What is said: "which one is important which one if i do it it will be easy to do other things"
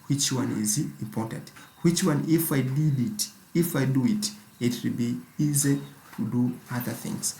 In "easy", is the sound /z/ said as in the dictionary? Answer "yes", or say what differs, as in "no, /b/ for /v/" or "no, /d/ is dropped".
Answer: yes